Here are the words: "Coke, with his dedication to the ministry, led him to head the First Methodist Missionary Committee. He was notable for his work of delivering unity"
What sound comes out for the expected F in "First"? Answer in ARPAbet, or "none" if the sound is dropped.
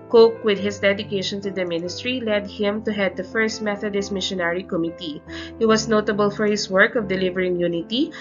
F